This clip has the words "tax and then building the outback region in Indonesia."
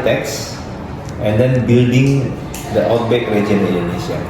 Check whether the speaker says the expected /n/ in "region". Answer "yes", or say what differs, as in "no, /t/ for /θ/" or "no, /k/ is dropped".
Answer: no, /n/ is dropped